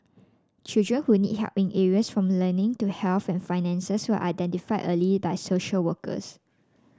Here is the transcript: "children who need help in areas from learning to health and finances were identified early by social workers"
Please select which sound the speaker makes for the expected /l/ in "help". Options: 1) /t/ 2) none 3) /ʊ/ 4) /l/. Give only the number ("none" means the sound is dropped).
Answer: 2